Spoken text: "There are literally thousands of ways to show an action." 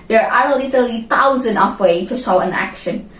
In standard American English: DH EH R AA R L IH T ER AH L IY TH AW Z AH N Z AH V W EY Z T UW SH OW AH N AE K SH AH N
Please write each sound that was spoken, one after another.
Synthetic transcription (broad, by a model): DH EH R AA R L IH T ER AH L IY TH AW Z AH N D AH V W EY T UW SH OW AH N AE K SH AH N